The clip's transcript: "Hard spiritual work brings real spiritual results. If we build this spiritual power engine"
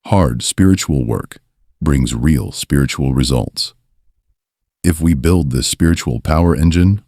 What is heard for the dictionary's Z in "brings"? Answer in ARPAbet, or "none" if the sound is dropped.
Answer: Z